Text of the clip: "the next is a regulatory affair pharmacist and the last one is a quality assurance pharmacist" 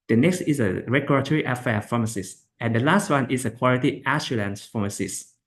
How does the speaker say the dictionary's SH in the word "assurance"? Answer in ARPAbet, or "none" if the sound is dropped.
S